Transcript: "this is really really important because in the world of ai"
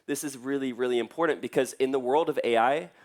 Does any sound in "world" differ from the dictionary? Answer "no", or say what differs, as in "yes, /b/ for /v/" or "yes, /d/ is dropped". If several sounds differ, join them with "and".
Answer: no